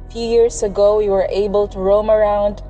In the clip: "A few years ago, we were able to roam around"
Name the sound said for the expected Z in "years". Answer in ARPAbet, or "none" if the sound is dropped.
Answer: S